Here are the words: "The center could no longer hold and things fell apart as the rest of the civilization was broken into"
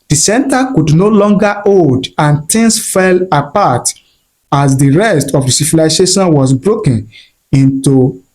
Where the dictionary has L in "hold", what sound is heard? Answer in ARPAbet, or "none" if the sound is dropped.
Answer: none